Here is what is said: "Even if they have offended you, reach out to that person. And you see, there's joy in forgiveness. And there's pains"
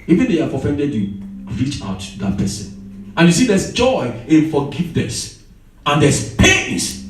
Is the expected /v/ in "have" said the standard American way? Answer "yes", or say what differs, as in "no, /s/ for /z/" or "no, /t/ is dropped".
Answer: no, /f/ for /v/